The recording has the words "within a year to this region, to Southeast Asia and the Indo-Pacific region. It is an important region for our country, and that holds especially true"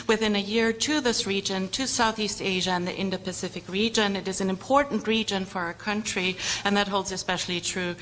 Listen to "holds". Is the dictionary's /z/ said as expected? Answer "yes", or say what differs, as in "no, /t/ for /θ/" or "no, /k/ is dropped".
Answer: yes